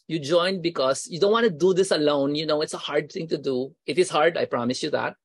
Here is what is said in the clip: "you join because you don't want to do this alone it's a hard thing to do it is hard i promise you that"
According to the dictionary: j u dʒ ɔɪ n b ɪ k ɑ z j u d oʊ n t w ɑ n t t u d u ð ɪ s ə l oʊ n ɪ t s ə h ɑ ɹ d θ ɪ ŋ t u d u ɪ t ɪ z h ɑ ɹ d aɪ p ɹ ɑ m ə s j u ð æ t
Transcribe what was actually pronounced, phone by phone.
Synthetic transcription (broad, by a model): j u dʒ ɔɪ n b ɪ k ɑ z j u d oʊ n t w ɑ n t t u d u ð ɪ s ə l oʊ n ɪ t s ə h ɑ ɹ d t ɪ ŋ t u d u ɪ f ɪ s h ɑ ɹ d aɪ p ɹ ɑ m ə s j u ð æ t